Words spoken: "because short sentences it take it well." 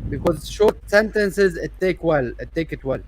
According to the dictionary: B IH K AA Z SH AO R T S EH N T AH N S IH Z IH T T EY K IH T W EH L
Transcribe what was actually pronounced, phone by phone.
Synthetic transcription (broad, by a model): B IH K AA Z SH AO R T S EH N T AH N S IH Z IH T T EY K IH T W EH L